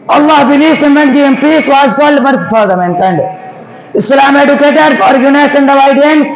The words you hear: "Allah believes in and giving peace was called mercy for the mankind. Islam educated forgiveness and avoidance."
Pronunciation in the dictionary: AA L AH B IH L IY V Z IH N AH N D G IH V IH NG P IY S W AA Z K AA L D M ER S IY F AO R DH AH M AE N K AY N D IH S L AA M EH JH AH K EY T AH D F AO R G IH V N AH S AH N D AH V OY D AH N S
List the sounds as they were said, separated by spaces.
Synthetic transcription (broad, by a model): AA L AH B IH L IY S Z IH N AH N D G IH IH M P IY S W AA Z K AA L D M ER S F AO R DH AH M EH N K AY N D IH S L AA M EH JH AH K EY T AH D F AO R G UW N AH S AH N D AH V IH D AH N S